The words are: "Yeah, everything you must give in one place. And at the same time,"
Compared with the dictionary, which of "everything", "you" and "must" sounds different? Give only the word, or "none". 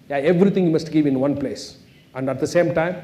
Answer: everything